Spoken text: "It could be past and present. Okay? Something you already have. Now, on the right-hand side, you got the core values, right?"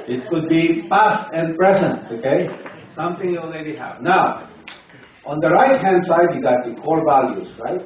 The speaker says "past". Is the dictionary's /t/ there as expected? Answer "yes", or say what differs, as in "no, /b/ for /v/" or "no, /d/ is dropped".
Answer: yes